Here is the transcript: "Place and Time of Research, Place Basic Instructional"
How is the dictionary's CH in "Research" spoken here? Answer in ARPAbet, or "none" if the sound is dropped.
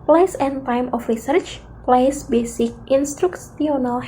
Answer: CH